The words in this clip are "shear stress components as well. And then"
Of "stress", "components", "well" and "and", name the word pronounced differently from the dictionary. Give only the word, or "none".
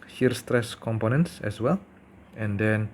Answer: none